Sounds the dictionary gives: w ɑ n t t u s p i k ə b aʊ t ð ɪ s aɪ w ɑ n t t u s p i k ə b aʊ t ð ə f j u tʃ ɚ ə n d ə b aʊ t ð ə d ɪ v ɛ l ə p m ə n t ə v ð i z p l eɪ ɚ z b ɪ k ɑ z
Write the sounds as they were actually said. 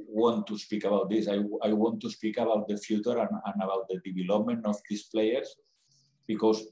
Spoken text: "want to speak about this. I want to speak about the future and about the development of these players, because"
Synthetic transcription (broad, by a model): w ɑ n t t u s p i k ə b aʊ t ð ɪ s aɪ w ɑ n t t u s p i k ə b aʊ t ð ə f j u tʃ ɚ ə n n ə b aʊ t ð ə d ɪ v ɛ l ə p m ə n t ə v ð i s p l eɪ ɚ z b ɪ k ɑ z